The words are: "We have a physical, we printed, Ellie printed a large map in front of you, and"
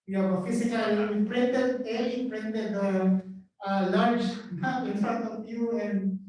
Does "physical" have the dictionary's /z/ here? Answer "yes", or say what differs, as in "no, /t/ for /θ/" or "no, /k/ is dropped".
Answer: no, /s/ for /z/